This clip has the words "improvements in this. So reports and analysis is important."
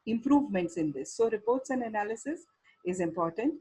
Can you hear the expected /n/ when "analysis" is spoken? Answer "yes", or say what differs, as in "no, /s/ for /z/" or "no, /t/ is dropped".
yes